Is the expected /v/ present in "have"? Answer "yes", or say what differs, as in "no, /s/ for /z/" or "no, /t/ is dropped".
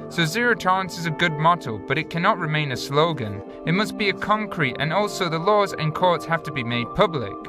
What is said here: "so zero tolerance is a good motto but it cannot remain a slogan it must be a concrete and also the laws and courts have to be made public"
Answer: no, /f/ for /v/